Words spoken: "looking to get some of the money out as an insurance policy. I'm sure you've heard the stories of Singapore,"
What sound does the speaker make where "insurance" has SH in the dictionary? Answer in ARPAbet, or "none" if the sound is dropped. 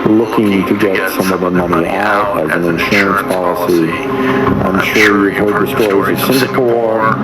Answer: SH